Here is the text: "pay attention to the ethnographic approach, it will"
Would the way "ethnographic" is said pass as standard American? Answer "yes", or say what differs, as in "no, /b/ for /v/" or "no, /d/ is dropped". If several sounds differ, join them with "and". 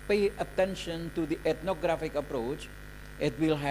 no, /t/ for /θ/